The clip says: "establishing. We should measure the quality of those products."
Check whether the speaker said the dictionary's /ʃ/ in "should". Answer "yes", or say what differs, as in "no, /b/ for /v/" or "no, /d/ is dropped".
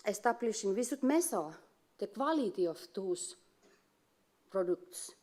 no, /s/ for /ʃ/